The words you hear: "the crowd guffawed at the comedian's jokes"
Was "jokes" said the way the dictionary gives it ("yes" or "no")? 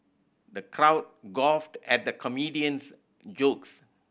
yes